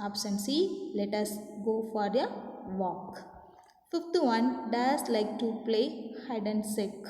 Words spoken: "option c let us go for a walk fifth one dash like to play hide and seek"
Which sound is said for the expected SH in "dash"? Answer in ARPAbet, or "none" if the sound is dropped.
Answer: S